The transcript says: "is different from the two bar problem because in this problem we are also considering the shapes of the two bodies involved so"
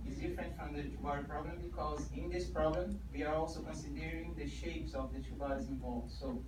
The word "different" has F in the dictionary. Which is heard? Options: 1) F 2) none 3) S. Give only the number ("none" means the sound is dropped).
1